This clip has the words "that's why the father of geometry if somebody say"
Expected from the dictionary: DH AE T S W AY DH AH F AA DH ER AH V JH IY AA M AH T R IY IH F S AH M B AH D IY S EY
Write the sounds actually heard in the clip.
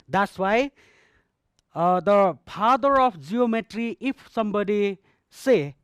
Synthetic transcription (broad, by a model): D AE T S W AY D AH P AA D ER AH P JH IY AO M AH T R IY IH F S AH M B AH D IY S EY